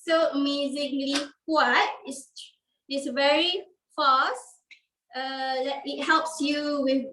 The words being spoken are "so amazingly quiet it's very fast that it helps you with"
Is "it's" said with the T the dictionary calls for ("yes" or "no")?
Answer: no